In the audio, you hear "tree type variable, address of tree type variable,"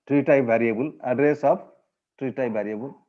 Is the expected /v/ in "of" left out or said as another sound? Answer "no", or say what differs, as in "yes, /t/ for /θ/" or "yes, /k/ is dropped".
yes, /p/ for /v/